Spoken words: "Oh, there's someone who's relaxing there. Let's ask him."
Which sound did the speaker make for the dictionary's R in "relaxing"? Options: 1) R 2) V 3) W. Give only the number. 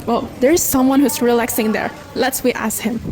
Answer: 1